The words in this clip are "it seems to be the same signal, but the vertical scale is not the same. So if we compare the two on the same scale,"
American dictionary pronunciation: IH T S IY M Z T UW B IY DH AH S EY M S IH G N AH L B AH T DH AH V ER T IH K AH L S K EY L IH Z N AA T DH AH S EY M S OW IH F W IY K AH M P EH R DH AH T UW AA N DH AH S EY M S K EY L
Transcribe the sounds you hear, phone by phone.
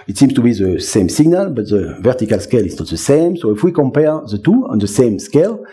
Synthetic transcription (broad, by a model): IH T S IY M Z T UW B IY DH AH S EY M S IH G N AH L B AH T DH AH V ER T IH K AH L S K EY L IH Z N AA T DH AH S EY M S OW IH F W IY K AH M P EH R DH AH T UW AA N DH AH S EY M S K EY L